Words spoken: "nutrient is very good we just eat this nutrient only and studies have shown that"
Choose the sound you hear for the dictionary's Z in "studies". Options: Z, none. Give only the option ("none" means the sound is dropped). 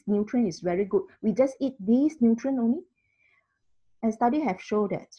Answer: none